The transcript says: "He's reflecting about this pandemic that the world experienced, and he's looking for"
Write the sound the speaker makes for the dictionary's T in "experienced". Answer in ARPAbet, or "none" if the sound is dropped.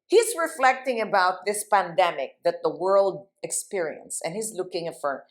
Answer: none